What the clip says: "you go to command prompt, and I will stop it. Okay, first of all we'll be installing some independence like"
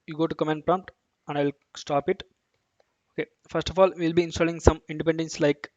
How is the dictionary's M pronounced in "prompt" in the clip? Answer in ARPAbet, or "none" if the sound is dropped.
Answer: M